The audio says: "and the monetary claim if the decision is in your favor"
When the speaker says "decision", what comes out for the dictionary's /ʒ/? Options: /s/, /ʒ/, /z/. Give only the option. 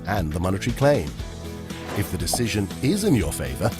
/ʒ/